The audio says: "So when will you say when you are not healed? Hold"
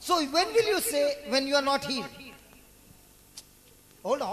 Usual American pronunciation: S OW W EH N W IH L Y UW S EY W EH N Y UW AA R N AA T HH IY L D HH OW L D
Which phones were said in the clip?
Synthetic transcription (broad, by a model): S OW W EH N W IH L Y UW S EY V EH N Y UW AA R N AA T HH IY D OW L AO